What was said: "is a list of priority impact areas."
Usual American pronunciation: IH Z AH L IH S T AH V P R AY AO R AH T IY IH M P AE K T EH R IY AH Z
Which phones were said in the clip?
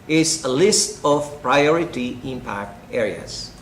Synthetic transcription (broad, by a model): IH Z AH L IH S T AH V P R AY AO R AH T IY IH M P AE K T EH R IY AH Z